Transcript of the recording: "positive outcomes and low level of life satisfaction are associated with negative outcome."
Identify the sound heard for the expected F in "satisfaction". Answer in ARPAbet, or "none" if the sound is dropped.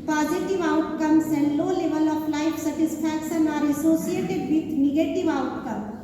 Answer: P